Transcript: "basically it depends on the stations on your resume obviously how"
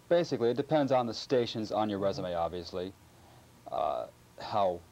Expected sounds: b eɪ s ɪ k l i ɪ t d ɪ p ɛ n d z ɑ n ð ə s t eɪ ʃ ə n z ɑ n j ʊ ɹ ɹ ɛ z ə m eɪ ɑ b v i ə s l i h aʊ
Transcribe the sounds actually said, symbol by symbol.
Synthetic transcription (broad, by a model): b eɪ s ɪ k l i ɪ t d ɪ p ɛ n d z n ð ə s t eɪ ʃ ə n z n j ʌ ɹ ɹ ɛ z ə m eɪ ɑ b v i ə s l i h aʊ